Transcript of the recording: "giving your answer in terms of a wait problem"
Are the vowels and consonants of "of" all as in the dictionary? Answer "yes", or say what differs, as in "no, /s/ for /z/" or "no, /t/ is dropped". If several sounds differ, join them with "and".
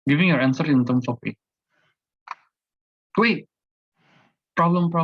no, /p/ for /v/